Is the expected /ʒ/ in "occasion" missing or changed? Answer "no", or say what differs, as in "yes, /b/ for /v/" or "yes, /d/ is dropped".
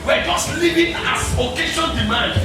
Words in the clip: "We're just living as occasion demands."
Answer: yes, /ʃ/ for /ʒ/